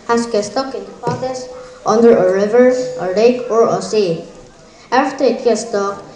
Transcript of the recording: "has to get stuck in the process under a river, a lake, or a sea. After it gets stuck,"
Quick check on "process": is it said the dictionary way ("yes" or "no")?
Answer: no